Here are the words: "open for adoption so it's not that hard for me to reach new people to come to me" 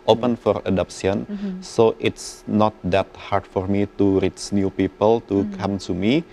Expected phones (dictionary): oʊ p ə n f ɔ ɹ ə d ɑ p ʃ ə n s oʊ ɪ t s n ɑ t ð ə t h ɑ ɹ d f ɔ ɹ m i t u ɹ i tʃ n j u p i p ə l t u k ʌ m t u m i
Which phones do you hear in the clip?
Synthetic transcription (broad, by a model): oʊ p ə n f ɔ ɹ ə d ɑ p s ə n s oʊ ɪ t s n ɑ t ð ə t h ɑ ɹ d f ɔ ɹ m i t u ɹ i tʃ n j u p i p ə l t u k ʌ m t u m i